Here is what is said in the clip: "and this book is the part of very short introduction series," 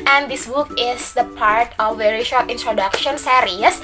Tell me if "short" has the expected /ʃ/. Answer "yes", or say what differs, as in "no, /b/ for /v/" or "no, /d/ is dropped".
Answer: yes